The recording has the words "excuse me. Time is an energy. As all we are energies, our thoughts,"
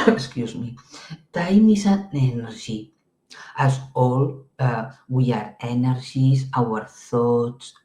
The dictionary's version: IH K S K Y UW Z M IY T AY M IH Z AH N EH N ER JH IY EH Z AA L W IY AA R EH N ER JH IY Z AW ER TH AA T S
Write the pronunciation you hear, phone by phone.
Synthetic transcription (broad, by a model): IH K S K Y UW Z M IY T AY M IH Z AH N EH N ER ZH IY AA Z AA L W IY AA R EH N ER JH IY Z AW ER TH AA T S